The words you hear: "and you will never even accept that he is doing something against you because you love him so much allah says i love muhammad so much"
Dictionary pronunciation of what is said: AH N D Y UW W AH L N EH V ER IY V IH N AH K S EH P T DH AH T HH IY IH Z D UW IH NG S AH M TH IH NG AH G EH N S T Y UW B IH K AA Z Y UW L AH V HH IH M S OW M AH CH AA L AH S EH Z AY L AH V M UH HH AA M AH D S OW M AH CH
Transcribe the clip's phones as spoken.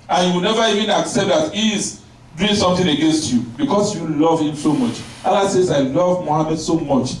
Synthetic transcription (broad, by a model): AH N Y UW W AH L N EH V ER IY V IH N AH K S EH P T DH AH T HH IY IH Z D UW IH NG S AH M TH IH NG AH G EH N S T Y UW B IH K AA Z Y UW L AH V HH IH M S OW M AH CH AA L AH S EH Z AY L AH V M UH HH AA M AH D S OW M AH CH